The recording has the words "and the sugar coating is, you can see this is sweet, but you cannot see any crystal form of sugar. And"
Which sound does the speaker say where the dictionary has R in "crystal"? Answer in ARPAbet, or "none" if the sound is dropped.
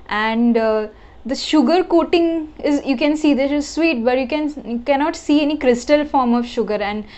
R